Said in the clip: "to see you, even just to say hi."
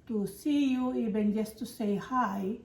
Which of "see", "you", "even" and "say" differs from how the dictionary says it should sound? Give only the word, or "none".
even